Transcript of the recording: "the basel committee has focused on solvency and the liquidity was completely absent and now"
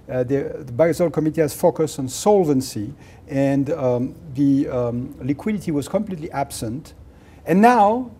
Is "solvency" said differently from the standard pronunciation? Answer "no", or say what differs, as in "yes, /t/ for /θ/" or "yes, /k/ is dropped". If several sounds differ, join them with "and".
no